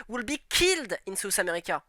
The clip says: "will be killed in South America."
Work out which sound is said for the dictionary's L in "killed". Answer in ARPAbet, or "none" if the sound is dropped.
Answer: L